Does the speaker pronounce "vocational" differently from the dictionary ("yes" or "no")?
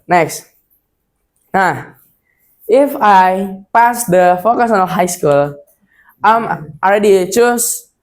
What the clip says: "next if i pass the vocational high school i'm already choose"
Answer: yes